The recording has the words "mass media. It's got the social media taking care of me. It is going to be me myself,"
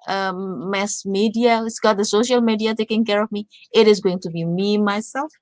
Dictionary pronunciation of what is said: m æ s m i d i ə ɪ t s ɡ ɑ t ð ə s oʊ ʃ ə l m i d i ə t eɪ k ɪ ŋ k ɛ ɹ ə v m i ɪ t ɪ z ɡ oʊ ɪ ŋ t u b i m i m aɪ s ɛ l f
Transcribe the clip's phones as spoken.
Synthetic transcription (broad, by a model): m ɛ s m i d i ə ɪ t s ɡ ɑ t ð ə s oʊ ʃ ə l m i d i ə t eɪ k ɪ ŋ k ɛ ɹ ə v m i ɪ t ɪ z ɡ oʊ ɪ ŋ t u b i m i m aɪ s ɛ l f